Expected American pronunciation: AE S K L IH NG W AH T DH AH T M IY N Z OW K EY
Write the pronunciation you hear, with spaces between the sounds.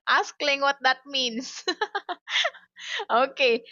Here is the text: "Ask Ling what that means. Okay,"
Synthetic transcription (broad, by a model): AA S K L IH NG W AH T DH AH T M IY N S OW K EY